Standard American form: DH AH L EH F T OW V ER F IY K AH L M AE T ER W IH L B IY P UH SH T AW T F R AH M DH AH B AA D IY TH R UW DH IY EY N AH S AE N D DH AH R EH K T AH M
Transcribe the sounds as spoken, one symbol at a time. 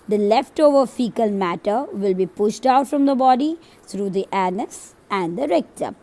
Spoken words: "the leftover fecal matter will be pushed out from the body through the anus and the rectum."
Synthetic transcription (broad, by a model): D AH L EH F T OW V ER F IY K AH L M AE T ER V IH L B IY P UH SH T AW T F R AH M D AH B AA D IY T R UW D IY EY N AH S AE N D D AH R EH K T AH